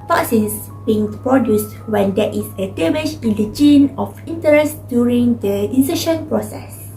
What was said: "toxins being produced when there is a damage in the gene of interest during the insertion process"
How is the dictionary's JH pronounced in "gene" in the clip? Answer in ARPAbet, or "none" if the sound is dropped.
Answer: JH